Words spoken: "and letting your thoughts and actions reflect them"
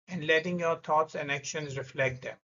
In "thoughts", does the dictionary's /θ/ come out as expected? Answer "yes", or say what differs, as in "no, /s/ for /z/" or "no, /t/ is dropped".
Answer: no, /t/ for /θ/